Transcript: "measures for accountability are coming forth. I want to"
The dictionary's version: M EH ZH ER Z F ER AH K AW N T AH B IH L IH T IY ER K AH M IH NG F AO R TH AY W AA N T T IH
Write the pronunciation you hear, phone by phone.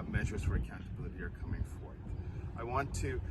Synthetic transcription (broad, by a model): M EH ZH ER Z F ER AH K AW N T AH B IH L IH T IY ER K AH M IH NG F AO R TH AY W AA N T T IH